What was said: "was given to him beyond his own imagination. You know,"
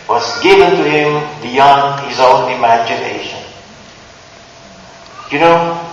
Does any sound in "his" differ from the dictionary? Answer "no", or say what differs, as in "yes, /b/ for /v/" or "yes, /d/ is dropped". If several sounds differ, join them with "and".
no